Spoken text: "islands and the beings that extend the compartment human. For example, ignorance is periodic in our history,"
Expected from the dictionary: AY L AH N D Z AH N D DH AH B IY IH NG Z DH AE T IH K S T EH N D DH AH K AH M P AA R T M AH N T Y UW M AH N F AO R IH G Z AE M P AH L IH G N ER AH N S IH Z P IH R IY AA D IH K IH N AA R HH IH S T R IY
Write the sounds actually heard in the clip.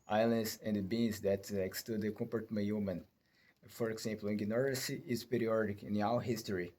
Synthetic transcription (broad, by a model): AY L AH N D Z AH N D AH B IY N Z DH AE T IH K S T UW D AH K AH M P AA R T M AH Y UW M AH N F AO R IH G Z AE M P L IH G N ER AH S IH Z P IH R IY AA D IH K IH N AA W HH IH S T R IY